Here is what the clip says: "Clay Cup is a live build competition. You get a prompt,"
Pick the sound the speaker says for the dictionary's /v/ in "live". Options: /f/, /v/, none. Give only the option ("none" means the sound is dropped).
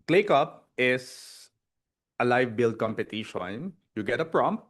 /v/